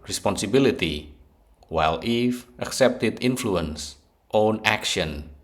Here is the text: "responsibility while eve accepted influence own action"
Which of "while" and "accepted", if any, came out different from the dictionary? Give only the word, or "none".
none